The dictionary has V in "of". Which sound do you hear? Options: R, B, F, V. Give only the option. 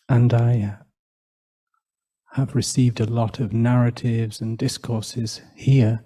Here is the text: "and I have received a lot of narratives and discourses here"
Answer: V